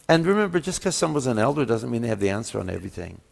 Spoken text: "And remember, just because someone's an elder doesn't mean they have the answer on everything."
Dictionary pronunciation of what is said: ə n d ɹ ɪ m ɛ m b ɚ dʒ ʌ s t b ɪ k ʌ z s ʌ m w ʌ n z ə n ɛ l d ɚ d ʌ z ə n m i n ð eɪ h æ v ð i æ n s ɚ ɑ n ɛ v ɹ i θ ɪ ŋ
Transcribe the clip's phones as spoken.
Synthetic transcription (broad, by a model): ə n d ɹ ɪ m ɛ m b ɚ dʒ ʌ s k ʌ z s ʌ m w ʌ z ə n ɛ l d ɚ d ʌ z ə n m i n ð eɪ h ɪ v ð i æ n s ɚ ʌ n ɛ v ɹ i θ ɪ ŋ